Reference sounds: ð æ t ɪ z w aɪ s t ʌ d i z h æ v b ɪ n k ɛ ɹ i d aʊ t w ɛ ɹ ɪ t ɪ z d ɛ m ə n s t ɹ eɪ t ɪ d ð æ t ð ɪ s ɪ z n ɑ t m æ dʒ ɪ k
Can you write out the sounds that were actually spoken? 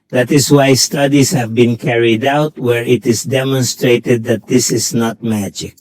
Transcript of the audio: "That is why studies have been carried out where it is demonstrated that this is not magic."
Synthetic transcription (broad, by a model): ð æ t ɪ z w aɪ s t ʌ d i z h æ v b ɪ n k ɛ ɹ i d aʊ t w ɛ ɹ ɪ t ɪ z d ɛ m ə n s t ɹ eɪ t ɪ d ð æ t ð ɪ s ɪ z n ɑ t m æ dʒ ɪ k